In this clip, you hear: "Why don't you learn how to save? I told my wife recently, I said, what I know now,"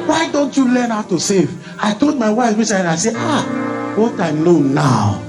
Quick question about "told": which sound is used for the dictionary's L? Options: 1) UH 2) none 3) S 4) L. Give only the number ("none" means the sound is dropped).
4